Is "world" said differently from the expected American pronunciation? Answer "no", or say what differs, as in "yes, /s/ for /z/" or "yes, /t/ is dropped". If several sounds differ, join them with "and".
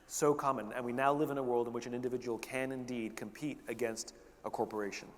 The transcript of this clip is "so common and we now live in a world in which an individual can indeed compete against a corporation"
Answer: no